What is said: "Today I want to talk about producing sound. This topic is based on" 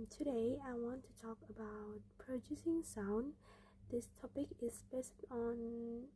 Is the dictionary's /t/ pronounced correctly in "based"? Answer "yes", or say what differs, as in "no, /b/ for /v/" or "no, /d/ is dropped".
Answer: yes